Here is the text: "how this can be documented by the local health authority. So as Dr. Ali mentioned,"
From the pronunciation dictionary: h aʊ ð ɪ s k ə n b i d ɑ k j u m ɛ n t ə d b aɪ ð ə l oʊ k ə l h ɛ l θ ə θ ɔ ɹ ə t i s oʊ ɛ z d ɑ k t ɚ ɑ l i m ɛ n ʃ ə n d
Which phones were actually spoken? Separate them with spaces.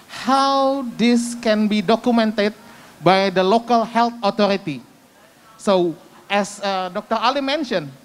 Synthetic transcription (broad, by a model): h aʊ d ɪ s k ə n b i d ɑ k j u m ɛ n t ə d b aɪ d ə l oʊ k ə l h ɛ l t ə t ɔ ɹ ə t i s oʊ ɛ s d ɑ k t ɚ ɑ l i m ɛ n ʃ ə n